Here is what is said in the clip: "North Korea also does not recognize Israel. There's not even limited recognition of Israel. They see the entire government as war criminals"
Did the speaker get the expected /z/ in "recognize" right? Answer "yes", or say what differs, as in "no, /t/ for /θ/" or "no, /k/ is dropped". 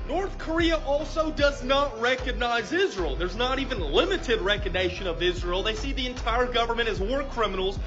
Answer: yes